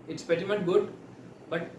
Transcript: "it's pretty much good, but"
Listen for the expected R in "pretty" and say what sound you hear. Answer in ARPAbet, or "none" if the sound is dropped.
none